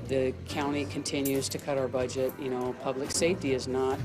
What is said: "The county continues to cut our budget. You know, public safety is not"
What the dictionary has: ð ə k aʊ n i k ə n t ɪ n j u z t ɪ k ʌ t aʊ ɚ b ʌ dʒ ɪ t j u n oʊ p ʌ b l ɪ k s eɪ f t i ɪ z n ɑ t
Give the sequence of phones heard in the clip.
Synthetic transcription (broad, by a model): ð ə k aʊ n i k ə n t ɪ n j u z t ɪ k ʌ t aʊ ɚ b ʌ dʒ ɪ t j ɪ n oʊ p ʌ b l ɪ k s eɪ f t i ɪ z n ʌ t